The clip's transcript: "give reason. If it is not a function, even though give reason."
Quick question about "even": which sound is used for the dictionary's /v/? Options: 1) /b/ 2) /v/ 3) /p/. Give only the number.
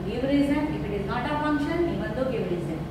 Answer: 1